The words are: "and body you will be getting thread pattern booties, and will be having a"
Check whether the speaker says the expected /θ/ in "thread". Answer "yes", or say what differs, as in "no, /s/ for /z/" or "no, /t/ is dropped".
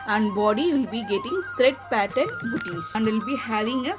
no, /t/ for /θ/